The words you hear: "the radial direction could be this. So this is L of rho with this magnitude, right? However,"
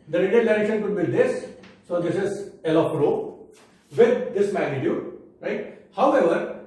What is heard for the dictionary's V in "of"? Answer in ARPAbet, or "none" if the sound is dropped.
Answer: P